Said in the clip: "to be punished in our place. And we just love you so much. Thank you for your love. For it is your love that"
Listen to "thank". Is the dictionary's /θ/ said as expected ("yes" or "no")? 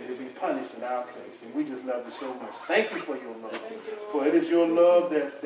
yes